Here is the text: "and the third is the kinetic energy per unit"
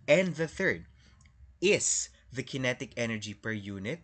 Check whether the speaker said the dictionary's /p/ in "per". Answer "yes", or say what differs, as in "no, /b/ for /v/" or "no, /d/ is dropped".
yes